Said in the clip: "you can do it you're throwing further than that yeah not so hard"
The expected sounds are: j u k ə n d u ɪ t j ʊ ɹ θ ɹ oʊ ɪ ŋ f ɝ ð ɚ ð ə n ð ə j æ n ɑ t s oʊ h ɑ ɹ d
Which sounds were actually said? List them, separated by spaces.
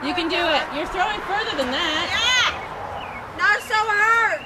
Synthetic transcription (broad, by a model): j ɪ k ə n d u ɪ t j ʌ ɹ θ ɹ oʊ ɪ ŋ f ɝ ð ɚ ð ə n ð ə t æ n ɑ t s oʊ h ɑ ɹ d